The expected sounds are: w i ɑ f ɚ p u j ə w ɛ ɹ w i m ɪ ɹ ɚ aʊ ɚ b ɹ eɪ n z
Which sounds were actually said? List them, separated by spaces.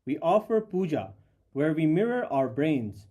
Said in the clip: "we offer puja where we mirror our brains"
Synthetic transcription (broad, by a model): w i ɑ f ɚ p u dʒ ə w ɛ ɹ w i m ɪ ɹ ɚ aʊ ɚ b ɹ eɪ n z